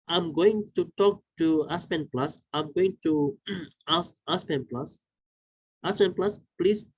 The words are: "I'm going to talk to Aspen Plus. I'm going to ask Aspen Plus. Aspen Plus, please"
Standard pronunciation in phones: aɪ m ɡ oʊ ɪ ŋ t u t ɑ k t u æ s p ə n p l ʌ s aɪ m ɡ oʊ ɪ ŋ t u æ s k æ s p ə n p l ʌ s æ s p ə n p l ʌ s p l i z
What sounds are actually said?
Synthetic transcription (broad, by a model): aɪ m ɡ oʊ ɪ ŋ t u t ɑ k t u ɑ s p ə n p l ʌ s aɪ m ɡ oʊ ɪ ŋ t u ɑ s ɑ s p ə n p l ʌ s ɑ s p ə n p l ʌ s p l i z